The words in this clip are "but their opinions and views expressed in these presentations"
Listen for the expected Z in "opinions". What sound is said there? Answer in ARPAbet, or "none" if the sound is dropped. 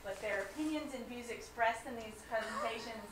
Z